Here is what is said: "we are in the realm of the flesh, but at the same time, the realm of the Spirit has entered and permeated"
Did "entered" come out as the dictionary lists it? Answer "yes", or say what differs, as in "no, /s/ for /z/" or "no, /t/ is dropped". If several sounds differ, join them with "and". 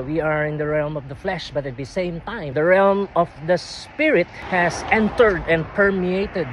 yes